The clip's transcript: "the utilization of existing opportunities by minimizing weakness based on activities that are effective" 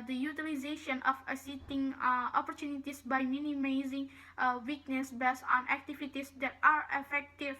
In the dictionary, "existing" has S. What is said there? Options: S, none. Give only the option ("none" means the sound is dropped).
none